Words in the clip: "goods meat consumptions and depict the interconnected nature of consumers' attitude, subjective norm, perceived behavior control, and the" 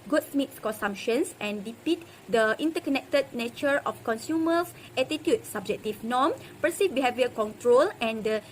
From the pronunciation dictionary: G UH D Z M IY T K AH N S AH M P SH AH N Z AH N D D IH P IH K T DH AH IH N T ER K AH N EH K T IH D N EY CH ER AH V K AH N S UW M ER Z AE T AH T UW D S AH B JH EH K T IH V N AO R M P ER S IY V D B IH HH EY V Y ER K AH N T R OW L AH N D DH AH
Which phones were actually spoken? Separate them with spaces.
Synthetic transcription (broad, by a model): G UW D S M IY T K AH N S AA M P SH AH N S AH N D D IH P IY T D AH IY N T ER K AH N EH K T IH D N EY CH ER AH F K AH N S UW M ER S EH T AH T UW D S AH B JH EH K T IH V N AO M P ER S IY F B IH HH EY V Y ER K AH N T R OW L AH N D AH